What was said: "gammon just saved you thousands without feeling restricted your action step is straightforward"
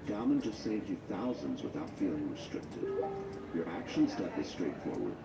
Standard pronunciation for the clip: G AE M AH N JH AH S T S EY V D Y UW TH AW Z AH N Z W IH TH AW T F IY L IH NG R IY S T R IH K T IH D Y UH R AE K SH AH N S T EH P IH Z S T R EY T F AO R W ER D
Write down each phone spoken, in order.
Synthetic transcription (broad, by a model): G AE M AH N JH AH S T S EY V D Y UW TH AW Z AH N Z W IH TH AW T F IY L IH NG R IY S T R IH K T IH D Y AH R AE K SH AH N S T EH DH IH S T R EY T F AO R W ER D